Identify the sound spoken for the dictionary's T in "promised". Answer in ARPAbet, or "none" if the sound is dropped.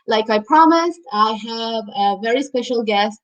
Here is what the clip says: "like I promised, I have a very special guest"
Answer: T